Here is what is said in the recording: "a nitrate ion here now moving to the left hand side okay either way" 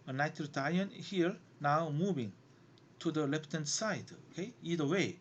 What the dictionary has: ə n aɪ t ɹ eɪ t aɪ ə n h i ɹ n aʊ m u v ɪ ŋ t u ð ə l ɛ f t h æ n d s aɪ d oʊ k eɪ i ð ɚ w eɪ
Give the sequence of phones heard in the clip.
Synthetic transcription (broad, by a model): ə n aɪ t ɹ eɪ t aɪ ə n h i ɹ n aʊ m u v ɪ ŋ t u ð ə l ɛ p t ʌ n s aɪ d oʊ k eɪ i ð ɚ w eɪ